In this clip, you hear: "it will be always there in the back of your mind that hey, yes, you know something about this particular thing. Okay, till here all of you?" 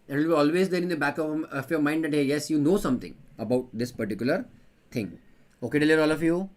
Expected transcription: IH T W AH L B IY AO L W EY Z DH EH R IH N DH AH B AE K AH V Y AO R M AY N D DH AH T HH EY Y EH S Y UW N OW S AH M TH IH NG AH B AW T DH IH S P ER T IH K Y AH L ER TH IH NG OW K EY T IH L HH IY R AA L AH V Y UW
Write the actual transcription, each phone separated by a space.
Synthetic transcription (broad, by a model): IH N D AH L B IY AO L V EY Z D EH R IH N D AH B AE K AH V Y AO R M AY N D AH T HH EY Y EH S Y UW N OW S AH M T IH NG AH B AW T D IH S P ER T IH K Y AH L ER T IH NG OW K EY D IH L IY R AA L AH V Y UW